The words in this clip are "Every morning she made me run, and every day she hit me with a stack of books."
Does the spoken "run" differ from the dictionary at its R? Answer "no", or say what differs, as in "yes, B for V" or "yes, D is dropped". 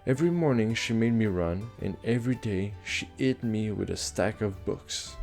no